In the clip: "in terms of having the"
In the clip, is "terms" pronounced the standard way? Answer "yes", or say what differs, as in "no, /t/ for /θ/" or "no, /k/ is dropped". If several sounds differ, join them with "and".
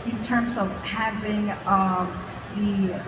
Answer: yes